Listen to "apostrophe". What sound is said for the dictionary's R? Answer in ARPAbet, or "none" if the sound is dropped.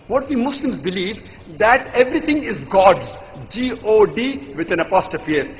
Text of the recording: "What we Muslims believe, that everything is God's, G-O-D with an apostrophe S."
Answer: none